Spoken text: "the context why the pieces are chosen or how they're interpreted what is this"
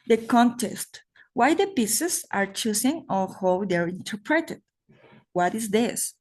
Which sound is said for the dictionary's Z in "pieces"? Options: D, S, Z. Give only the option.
S